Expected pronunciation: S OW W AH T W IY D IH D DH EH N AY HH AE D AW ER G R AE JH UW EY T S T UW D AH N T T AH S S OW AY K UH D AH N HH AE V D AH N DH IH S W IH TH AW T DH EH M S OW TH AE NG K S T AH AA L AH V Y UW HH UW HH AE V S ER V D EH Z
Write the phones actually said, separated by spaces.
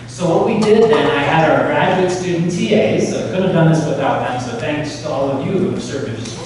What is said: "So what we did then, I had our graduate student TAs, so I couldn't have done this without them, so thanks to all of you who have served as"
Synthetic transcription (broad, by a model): S OW W AH T W IY D IH D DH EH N AY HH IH D AW ER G R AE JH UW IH T S T UW D N T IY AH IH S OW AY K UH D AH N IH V D AH N DH IH S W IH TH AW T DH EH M S OW TH AE NG K S T AH AA L AH V Y UW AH S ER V IH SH